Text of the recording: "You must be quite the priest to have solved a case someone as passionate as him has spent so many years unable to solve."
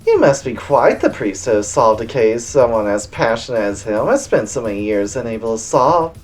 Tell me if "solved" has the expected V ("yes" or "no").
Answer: yes